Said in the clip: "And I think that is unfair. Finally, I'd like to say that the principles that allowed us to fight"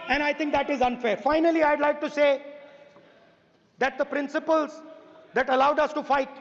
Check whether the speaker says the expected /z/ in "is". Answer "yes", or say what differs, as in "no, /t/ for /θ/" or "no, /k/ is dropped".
yes